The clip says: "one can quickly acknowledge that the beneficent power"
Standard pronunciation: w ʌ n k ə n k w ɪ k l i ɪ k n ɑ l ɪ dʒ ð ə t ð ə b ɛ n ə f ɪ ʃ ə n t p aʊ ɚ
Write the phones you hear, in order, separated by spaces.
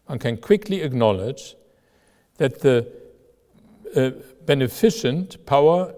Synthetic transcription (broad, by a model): w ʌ n k ə n k w ɪ k l i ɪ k n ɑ l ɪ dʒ ð ə t ð ə b ɛ n ə f ɪ ʃ ə n t p aʊ ɚ